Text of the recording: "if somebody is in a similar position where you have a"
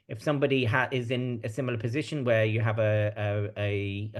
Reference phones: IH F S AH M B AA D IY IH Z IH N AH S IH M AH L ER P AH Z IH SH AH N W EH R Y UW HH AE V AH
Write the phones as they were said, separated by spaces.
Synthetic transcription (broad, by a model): IH F S AH M B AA D IY IH Z IH N AH S IH M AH L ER P AH Z IH SH AH N W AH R Y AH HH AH V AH